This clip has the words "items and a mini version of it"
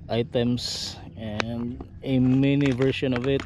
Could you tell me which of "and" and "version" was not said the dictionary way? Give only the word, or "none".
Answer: version